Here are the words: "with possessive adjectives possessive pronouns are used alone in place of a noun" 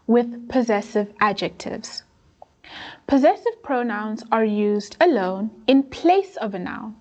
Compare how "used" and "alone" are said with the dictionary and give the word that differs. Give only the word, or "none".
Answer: none